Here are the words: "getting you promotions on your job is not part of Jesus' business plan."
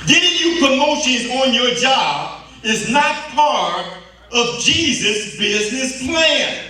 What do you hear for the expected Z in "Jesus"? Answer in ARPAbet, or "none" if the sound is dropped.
Z